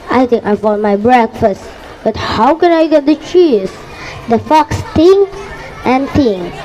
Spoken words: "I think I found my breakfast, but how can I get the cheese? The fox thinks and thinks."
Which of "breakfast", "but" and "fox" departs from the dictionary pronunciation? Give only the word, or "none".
none